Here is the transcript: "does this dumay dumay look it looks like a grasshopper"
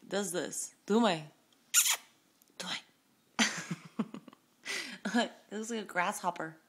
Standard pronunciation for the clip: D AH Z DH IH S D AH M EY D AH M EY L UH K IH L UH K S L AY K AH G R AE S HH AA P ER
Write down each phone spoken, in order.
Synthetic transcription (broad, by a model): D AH Z DH IH S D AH M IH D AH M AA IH IH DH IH S L AY K AH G R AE S HH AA P ER